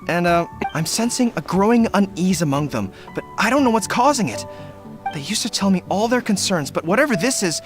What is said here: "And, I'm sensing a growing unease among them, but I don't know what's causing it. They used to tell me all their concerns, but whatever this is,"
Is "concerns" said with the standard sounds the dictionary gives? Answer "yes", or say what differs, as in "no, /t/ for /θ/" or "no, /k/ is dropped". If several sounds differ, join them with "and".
yes